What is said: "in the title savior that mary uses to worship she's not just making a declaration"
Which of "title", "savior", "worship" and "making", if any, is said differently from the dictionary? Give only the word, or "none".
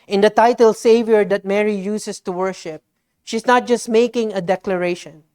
none